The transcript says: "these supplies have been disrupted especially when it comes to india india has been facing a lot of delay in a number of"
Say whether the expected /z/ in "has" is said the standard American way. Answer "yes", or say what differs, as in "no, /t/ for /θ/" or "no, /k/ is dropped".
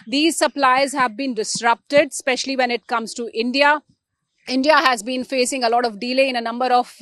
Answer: yes